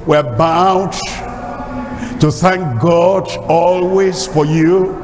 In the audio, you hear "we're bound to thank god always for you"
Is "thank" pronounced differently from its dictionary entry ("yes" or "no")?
no